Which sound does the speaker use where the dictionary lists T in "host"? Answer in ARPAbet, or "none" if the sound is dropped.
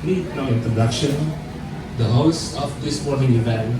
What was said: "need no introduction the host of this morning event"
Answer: none